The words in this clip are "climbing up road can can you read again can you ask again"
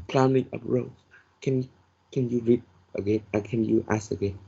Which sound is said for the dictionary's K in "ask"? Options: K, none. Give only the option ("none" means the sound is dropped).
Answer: none